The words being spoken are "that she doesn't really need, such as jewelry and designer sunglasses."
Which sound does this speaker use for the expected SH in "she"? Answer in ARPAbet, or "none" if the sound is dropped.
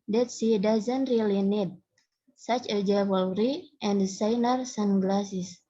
S